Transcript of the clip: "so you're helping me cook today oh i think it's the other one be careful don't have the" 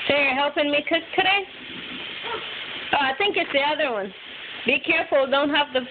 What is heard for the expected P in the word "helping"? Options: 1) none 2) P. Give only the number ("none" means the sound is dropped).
2